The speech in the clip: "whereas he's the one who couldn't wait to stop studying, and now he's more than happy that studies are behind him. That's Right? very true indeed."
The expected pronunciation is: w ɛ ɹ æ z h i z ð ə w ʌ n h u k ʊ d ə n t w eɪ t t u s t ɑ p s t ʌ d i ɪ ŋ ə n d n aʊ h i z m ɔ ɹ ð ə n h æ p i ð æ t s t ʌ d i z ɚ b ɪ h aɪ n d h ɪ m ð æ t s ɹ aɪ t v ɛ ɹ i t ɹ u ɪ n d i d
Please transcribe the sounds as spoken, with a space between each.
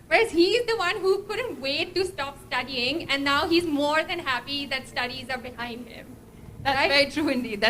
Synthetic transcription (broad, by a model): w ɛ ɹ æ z h i z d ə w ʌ n h u k ʊ d ə n t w eɪ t t u s t ɑ p s t ʌ d i ɪ ŋ ə n d n aʊ h i z m ɔ ɹ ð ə n h æ p i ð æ t s t ʌ d i z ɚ b ɪ h aɪ n d h ɪ m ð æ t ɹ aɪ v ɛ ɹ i t ɹ u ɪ n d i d